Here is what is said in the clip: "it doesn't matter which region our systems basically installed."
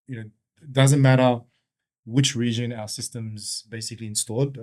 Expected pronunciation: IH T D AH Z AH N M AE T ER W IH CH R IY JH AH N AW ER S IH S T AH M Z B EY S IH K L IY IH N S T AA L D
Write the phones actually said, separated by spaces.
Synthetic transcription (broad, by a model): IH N D AH Z AH N M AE T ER W IH CH R IY JH AH N AW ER S IH S T AH M Z B EY S IH K L IY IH N S T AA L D